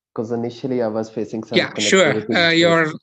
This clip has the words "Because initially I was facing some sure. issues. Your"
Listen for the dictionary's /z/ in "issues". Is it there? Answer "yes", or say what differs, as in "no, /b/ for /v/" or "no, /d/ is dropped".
no, /z/ is dropped